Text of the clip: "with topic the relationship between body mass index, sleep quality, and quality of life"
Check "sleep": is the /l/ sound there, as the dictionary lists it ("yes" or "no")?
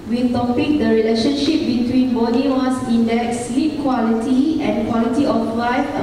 yes